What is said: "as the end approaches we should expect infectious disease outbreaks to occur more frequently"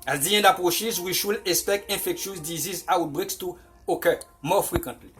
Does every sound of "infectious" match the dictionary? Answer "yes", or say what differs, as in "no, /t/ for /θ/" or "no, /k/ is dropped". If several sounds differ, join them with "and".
no, /n/ is dropped